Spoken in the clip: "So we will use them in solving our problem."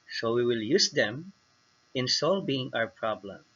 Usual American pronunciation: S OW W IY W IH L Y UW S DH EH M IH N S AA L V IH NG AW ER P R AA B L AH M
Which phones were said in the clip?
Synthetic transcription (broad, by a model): S OW W IY W IH L Y UW S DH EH M IH N S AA L B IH NG AW ER P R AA B L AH M